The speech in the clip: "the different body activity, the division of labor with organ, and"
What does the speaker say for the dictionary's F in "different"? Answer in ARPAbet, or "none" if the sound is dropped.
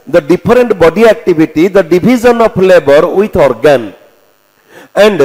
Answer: P